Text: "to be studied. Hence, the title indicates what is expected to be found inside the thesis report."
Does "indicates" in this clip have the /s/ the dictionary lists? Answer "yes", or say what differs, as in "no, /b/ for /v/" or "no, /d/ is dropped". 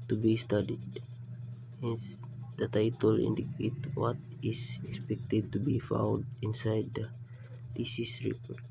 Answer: no, /s/ is dropped